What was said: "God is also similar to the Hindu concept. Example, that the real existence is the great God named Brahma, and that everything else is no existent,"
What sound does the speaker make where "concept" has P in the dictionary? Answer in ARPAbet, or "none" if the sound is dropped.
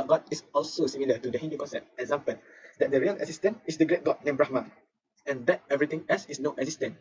none